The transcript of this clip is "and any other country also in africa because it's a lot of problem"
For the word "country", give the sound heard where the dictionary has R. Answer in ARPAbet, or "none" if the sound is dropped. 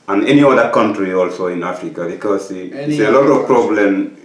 R